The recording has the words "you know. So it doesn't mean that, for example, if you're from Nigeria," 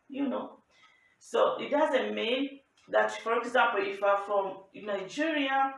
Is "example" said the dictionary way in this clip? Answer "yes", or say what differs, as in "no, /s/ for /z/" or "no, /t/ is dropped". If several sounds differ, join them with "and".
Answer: no, /m/ is dropped